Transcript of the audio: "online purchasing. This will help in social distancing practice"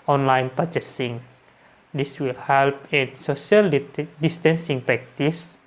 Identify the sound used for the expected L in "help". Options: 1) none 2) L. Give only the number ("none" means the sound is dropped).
2